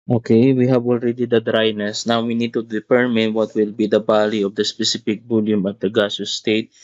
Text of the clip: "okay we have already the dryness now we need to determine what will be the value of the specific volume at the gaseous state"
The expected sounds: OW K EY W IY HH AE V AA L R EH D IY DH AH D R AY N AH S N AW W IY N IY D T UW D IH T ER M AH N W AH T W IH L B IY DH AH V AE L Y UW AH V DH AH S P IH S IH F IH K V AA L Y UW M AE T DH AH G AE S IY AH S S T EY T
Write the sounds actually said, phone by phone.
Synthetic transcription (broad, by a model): OW K EY W IY HH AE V AA L R EH D IY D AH D R AY N AH S N AW W IY N IY D T UW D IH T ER M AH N W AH T W IH L B IY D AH B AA L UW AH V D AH S P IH S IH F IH K B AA L Y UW M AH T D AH G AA S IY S S T EY T